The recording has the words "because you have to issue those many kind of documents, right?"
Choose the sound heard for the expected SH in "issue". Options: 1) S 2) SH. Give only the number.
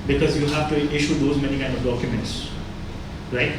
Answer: 2